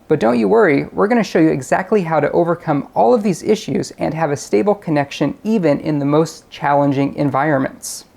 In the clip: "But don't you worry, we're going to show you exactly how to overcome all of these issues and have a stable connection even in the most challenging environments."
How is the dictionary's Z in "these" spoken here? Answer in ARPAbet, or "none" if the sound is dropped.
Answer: Z